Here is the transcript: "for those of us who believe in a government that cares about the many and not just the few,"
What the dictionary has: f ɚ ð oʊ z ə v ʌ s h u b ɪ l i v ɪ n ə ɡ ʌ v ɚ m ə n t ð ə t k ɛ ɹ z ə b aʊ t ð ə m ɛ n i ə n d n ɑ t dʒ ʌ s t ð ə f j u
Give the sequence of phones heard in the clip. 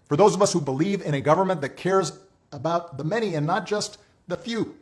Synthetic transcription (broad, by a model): f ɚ ð oʊ z ə v ʌ s h u b ɪ l i v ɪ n ə ɡ ʌ v ɚ m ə n ð ə t k ɛ ɹ z ə b aʊ t ð ə m ɛ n i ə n n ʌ t dʒ ʌ s t ð ə f j u